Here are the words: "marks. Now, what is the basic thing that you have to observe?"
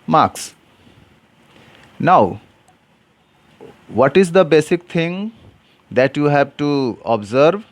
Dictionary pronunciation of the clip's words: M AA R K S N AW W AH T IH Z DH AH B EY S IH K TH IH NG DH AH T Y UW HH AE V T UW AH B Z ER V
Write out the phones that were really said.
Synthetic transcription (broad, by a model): M AA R K S N AW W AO T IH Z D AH B EY S IH K T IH NG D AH T Y UW HH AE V T UW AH B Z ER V